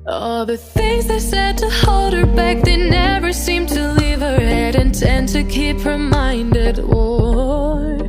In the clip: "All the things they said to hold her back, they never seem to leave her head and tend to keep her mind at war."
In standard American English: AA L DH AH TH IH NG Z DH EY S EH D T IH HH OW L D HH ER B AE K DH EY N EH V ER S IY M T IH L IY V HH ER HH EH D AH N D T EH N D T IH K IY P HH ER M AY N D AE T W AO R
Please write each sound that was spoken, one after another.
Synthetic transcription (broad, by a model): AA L DH AH TH IH NG Z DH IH S EH D T IH HH OW L D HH ER B AE K DH EY N EH V ER S IY M T IH L IY V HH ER HH EH D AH N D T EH N T IH K IY P HH ER M AY N D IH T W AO